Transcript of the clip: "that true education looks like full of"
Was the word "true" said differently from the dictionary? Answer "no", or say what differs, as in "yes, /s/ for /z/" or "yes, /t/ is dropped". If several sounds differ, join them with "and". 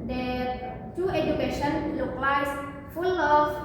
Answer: yes, /ɹ/ is dropped